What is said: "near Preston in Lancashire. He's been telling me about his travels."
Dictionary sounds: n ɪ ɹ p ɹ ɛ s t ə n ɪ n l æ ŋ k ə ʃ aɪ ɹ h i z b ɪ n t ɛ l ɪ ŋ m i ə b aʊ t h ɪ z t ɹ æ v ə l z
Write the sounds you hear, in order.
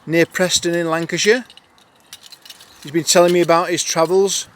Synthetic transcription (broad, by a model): n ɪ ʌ p ɹ ɛ s t ə n ɪ n l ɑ ŋ k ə ʃ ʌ h i z b ɪ n t ɛ l ɪ ŋ m i ə b aʊ t h ɪ z t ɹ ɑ v ə l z